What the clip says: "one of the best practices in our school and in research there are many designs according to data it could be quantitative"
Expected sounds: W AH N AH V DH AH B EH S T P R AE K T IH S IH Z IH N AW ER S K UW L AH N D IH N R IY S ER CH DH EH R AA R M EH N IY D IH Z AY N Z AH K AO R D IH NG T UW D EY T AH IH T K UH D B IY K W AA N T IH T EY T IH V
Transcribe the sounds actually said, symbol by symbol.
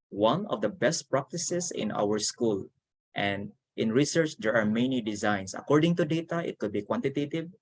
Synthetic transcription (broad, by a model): W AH N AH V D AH B EH S T P R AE K T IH S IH S IH N AW ER S K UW L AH N D IH N R IY S ER CH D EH R AA R M EH N IY D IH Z AY N S AH K AO R D IH NG T UW D EY T AH IH T K UH D B IY K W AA N T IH T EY T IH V